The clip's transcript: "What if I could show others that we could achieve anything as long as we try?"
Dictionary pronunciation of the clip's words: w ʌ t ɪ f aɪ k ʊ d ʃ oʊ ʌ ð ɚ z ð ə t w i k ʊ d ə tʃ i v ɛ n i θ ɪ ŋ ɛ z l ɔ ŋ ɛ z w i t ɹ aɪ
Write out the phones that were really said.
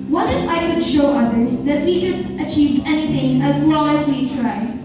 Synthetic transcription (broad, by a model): w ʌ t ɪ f aɪ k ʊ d ʃ oʊ ʌ ð ɚ z ð ə t w i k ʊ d ə tʃ i v ɛ n i θ ɪ ŋ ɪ z l ɔ ŋ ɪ z w i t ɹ aɪ